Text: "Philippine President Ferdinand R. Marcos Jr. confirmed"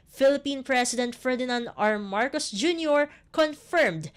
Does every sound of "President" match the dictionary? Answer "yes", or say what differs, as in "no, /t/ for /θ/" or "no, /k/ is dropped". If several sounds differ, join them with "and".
no, /s/ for /z/